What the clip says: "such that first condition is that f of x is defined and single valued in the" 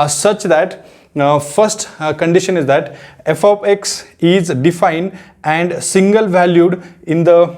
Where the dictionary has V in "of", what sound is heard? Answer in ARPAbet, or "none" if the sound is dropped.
P